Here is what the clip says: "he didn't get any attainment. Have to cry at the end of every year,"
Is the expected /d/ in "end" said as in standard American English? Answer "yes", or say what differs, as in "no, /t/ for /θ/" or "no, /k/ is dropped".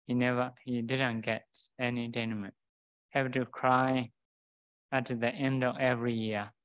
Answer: yes